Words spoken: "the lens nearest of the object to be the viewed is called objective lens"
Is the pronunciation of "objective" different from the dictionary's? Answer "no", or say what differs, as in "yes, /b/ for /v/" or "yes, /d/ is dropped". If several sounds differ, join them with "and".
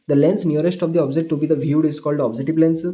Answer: yes, /k/ is dropped